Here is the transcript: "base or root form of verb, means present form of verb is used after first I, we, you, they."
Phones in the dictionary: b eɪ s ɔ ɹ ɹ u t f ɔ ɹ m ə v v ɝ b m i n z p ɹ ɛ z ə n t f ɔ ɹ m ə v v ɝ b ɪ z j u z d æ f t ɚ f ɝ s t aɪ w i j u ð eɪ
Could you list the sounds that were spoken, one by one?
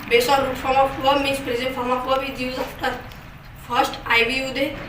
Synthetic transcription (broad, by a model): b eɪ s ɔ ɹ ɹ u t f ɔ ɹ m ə f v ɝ m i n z p ɹ ɛ z ə n t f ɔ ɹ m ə f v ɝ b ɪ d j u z ɑ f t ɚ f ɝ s t aɪ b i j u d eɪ